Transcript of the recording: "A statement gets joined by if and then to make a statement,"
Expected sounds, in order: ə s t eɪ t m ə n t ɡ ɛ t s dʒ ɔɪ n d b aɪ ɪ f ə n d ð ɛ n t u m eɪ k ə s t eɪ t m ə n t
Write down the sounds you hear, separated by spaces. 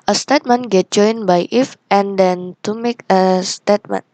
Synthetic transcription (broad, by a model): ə s t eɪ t m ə n ɡ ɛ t dʒ ɔɪ n b aɪ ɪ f ə n d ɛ n t u m eɪ k ə s t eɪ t m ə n